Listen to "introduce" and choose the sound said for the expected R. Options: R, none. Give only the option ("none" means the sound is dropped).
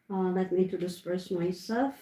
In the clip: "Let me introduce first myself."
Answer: none